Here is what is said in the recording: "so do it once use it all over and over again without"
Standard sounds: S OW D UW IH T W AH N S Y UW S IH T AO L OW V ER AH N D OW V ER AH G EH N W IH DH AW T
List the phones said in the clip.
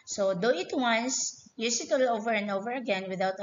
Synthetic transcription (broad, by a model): S OW D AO IH T W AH N S Y UW S IH T AO L OW V ER AH N D OW V ER AH G EH N W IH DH AW T